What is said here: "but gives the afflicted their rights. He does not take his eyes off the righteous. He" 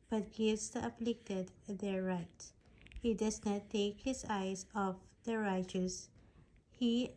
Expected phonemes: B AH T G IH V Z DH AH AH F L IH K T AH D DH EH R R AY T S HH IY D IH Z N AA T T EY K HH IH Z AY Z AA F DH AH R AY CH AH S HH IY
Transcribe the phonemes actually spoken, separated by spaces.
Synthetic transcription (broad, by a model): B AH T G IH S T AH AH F L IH K T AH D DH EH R R AY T HH IY D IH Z N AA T T EY K HH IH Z AY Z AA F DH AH R AY CH AH S HH IY